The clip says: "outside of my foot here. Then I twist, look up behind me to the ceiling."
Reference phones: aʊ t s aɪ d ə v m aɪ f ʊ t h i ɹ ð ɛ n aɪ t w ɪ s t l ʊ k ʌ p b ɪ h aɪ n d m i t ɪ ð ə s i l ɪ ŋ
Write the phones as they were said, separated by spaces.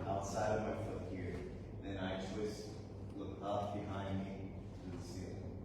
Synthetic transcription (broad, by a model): aʊ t s aɪ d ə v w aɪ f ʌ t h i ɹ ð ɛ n aɪ t w ɪ s t l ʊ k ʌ f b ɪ h aɪ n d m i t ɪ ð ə s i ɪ